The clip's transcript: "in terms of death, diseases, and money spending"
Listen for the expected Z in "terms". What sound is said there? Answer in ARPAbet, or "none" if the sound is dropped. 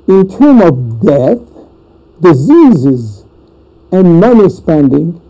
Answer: none